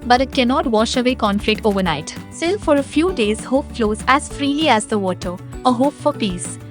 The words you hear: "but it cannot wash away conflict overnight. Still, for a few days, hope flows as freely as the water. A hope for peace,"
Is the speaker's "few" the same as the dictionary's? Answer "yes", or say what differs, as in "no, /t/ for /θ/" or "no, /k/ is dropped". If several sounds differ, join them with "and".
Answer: yes